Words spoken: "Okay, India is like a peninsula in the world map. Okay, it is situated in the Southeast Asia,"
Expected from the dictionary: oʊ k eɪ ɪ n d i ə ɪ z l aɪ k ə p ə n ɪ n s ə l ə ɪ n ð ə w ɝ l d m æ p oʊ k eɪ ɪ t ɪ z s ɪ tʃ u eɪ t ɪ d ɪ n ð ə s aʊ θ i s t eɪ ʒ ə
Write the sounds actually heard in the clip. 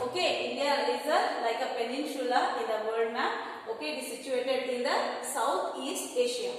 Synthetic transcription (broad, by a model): oʊ k eɪ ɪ n d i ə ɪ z l aɪ k ə p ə n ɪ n ʃ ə l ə ɪ n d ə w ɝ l d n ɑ oʊ k eɪ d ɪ s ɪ tʃ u eɪ t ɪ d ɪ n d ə s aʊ t i s t eɪ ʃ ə